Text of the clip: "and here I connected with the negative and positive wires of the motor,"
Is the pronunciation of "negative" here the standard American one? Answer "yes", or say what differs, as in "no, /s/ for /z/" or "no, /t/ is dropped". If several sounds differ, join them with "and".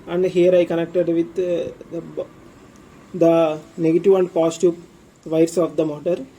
yes